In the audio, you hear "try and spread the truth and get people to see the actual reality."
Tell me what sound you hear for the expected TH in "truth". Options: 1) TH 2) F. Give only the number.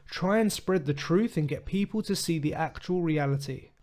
1